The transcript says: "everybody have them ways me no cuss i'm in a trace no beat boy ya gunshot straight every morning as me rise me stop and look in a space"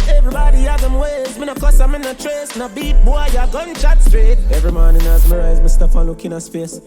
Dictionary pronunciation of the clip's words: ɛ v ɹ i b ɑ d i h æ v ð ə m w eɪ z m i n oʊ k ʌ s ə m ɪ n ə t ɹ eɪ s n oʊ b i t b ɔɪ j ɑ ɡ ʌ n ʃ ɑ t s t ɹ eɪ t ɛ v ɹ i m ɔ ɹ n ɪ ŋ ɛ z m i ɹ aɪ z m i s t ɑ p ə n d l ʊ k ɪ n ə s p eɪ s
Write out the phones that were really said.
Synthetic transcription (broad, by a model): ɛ v ɹ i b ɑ d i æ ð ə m w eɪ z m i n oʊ k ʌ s ə m ɪ n ə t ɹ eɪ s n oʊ b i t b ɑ j ɑ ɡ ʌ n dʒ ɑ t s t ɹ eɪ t ɛ v ɹ i m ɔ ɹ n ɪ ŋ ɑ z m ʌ ɹ aɪ z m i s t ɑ f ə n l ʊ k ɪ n ə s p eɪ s